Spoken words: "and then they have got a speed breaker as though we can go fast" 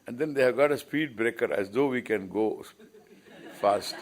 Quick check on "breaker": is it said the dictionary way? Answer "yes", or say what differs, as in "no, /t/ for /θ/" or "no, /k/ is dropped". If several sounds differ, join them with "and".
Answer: yes